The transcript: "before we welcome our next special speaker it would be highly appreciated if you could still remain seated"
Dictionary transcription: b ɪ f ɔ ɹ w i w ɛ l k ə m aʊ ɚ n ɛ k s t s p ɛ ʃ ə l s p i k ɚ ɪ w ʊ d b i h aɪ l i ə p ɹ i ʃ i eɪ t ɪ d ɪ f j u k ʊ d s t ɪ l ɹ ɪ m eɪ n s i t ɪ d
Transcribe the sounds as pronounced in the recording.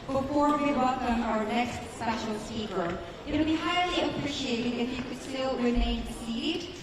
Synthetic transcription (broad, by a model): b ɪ f ɔ ɹ w i w ɛ l k ə m aʊ ɚ n ɛ k s t s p ɛ ʃ l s i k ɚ ɪ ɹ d b i h aɪ l i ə p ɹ i ʃ i eɪ t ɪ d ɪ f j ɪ k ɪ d s t ɪ l w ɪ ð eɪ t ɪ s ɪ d